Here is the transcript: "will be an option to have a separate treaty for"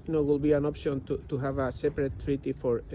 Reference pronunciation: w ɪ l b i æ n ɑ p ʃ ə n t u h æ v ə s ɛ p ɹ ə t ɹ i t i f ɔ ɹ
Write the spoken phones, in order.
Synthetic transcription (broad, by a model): w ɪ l b i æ n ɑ p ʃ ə n t u h æ v ə s ɛ p ɹ ə t ɹ i t i f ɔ ɹ